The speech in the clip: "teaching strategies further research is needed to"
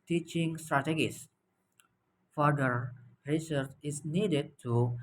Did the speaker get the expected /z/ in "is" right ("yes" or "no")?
no